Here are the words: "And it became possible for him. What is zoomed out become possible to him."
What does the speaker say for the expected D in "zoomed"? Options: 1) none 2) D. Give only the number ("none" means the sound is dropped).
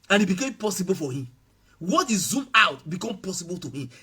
1